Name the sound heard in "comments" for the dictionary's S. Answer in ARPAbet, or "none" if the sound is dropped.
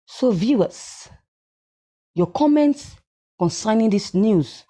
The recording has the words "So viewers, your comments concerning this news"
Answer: S